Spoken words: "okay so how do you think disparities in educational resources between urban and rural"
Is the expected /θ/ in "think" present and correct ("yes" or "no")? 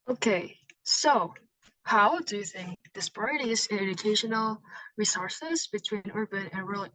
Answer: yes